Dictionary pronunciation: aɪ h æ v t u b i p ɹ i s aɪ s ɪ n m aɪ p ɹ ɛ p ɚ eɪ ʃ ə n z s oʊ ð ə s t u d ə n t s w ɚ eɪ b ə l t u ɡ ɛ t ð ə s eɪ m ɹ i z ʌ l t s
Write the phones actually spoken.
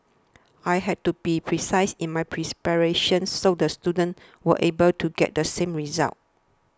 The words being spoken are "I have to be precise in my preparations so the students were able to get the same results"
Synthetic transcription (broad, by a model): aɪ h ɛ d t u b i p ɹ i s aɪ s ɪ n m aɪ p ɹ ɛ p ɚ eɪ ʃ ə n s oʊ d ə s t u d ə n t w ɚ eɪ b ə l t u ɡ ɛ t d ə s eɪ m ɹ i z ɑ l t